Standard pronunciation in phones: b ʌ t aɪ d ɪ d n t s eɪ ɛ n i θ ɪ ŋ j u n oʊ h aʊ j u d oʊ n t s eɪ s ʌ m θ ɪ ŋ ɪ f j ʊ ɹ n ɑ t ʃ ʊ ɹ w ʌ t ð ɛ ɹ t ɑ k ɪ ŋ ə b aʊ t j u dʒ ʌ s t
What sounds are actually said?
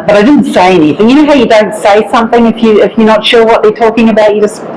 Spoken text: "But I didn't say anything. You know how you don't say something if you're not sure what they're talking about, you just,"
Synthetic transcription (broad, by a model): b ʌ t aɪ d ɪ d n t s eɪ ɛ n i θ ɪ ŋ j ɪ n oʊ h aʊ j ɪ d oʊ n t s eɪ s ʌ m θ ɪ ŋ ɪ f j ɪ ɹ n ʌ t ʃ ʊ ɹ w ʌ t ð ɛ ɹ t ɑ k ɪ ŋ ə b aʊ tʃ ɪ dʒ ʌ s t